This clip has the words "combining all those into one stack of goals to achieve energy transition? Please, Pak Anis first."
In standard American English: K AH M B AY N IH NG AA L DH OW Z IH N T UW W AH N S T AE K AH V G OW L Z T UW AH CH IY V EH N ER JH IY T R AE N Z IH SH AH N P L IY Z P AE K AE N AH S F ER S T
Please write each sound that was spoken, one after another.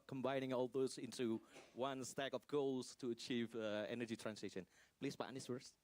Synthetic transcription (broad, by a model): K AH M B AY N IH NG AA L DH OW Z IH N T UW W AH N S T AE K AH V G OW L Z T UW AH CH IY V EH N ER JH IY T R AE N S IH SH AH N P L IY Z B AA AA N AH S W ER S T